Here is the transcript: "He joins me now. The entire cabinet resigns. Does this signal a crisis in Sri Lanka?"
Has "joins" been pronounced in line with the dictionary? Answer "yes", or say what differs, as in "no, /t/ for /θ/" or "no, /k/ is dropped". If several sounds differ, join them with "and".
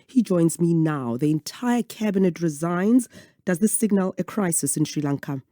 yes